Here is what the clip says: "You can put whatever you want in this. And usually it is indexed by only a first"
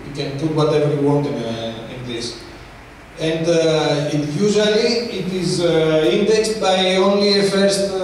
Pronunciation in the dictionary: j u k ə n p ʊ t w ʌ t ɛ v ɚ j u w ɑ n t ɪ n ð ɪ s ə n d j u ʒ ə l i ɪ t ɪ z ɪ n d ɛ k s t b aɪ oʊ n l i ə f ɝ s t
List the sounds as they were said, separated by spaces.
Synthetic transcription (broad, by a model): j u k ə n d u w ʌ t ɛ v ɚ j u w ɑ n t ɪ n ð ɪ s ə n d j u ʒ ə l i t ɪ z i n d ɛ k s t b aɪ oʊ n l i ə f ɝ s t